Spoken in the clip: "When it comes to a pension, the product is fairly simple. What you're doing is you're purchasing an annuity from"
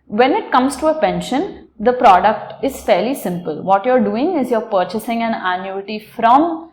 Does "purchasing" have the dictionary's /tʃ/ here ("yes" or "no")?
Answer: yes